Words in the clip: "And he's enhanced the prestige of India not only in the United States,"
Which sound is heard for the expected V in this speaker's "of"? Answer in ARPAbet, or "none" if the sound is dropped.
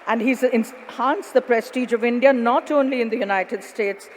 V